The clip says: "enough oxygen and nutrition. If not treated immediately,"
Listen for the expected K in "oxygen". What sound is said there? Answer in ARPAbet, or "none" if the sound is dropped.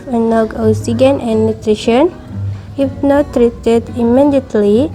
none